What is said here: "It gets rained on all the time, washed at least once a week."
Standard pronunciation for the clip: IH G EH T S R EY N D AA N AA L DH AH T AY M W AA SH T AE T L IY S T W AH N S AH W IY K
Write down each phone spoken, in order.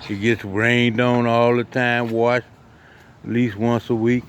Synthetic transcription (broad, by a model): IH G EH T S R EY N D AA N AA L DH AH T AY M W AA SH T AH T L IY S T W AH N S AH W IY K